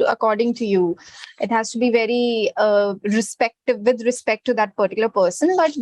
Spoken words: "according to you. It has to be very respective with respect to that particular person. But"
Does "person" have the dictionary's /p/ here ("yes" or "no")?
yes